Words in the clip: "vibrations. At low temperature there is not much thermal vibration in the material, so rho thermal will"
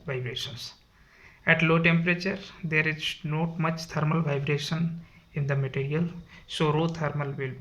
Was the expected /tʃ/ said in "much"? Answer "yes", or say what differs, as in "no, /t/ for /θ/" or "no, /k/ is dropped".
yes